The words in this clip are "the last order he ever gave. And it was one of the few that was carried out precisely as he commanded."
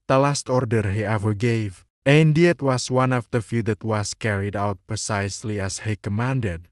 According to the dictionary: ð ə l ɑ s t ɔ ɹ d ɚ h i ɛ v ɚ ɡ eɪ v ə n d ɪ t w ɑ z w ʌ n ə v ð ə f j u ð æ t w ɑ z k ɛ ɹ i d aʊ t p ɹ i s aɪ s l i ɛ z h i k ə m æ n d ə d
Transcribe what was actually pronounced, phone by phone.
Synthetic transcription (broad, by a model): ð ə l ɑ s t ɔ ɹ d ɚ h i ɛ v ɚ ɡ eɪ v ə n d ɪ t w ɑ s w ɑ n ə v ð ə f j u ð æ t w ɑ s k ɛ ɹ i d aʊ t p ɹ i s aɪ s l i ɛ s h i k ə m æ n d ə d